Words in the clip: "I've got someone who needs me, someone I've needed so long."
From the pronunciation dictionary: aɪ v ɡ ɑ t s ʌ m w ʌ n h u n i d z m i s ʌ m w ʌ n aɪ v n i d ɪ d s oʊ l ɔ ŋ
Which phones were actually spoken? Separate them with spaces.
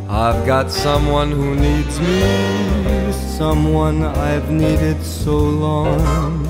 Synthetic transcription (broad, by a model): aɪ v ɡ ɑ t s ʌ m w ʌ n h u n i d z m i s ʌ m w ʌ n aɪ v n i d ɪ d s oʊ l ɔ ŋ